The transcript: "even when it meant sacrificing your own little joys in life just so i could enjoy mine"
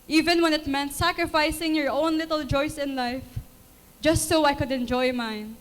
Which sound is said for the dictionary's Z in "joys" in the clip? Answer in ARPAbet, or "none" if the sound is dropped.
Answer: S